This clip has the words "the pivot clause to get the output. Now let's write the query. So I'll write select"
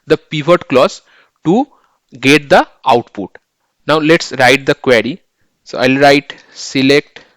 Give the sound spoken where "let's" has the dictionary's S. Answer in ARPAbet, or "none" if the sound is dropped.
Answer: S